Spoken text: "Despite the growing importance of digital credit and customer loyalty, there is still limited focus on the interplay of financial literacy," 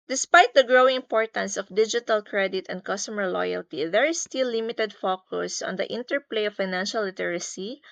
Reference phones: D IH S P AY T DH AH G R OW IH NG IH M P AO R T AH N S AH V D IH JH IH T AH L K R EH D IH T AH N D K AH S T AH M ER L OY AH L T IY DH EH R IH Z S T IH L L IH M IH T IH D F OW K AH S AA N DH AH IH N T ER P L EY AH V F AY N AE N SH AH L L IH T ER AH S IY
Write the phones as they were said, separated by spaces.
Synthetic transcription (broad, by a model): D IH S P AY T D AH G R OW IH NG IH M P AO R T AH N S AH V D IH JH IH T AH L K R EH D IH T AH N D K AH S T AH M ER L OY AH L T IY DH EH R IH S T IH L L IH M IH T IH D F OW K AH S AA N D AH IH N T ER P L EY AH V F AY N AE N SH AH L L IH T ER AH S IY